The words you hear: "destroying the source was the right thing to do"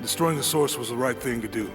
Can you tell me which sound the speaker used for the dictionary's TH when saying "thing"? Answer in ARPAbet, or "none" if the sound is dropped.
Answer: TH